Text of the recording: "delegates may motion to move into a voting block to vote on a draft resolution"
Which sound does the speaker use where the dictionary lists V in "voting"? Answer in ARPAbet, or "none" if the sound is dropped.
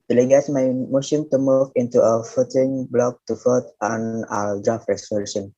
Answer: F